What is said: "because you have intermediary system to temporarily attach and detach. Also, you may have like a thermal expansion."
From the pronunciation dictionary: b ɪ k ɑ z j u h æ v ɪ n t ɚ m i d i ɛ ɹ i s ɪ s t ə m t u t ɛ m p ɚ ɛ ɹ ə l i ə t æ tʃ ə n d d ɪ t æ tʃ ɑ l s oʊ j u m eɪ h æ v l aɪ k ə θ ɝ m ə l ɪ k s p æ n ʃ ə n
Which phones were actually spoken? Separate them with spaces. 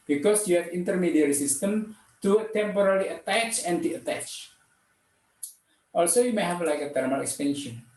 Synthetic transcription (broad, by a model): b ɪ k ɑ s j u h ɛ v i n t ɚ m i d i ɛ ɹ i s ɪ s t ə m t u t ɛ m p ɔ ɹ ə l i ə t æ tʃ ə n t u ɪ t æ tʃ ɑ l s oʊ j u m eɪ h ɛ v l aɪ k ə t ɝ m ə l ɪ k s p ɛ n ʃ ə n